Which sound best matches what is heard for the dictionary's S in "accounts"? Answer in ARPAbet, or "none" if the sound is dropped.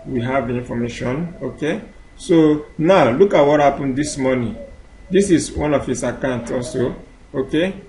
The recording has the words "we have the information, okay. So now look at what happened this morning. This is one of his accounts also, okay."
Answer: none